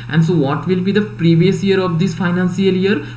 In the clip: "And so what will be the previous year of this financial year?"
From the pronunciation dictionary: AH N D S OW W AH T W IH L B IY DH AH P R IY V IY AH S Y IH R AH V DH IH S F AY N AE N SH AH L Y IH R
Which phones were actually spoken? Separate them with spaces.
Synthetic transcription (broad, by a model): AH N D S OW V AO T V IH L B IY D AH P R IY V IY AH S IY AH R AH V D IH S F AY N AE N S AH L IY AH R